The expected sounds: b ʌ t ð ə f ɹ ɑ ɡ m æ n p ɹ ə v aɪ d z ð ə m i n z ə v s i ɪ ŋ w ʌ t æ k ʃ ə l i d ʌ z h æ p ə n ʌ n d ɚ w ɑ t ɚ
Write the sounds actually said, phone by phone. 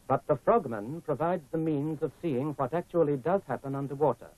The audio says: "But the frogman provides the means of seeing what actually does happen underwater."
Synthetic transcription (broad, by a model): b ʌ t ð ə f ɹ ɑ ɡ m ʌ n p ɹ ə v aɪ d z ð ə m i n z ə v s i ɪ ŋ w ʌ t æ k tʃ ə l i d ʌ z h æ p ə n ʌ n d ɚ w ɑ t ɚ